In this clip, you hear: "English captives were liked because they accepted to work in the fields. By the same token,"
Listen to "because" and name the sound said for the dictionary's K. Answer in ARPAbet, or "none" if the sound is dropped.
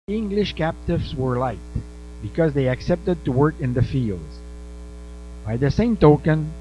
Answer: K